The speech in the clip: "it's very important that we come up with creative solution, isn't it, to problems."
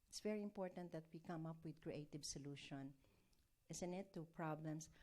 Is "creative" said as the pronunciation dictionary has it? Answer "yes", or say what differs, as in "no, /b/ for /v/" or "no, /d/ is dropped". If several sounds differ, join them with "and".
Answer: yes